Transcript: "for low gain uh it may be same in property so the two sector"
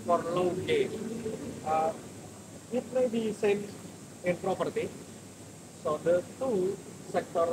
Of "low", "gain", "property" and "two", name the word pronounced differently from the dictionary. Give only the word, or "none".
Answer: gain